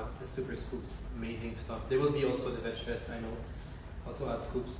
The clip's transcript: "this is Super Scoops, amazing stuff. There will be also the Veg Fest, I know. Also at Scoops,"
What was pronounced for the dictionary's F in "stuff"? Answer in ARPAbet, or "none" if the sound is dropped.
F